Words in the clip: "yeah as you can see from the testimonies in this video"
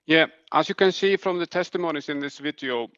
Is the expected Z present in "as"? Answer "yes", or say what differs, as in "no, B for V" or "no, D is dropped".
no, S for Z